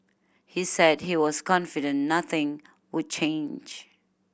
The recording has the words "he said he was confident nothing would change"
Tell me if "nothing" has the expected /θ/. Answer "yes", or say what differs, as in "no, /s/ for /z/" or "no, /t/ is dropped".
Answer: yes